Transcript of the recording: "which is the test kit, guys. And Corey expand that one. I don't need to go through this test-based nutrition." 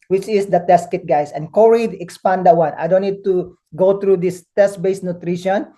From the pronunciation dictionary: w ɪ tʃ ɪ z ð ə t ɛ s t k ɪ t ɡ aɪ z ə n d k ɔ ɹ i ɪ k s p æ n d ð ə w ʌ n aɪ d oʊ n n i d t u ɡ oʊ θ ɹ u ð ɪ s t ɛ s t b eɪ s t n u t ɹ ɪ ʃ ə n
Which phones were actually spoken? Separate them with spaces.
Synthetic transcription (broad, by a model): w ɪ tʃ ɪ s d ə t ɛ s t k ɪ t ɡ aɪ s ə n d k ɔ ɹ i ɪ k s p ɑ n d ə w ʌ n aɪ d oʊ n n i d t u ɡ oʊ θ ɹ u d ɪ s t ɛ s t b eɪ s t n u t ɹ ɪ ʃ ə n